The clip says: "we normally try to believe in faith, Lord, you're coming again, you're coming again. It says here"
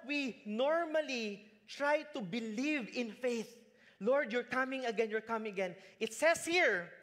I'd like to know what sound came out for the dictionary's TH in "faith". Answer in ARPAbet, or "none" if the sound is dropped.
TH